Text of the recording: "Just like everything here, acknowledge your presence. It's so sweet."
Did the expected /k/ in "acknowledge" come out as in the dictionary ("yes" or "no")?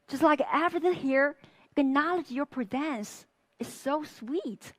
no